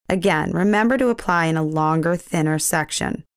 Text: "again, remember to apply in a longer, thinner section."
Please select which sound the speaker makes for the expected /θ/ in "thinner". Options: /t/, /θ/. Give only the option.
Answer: /θ/